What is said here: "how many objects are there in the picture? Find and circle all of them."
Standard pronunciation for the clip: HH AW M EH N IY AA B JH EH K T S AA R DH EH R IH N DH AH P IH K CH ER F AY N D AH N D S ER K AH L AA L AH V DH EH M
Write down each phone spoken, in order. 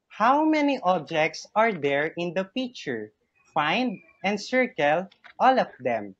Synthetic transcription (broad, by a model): HH AW M EH N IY AA B JH EH K T S AA R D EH R IH N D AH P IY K CH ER F AY N D AH N D S ER K AH L AA L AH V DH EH M